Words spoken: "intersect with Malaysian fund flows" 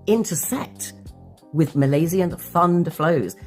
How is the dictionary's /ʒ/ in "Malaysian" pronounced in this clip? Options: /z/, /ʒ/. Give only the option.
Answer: /z/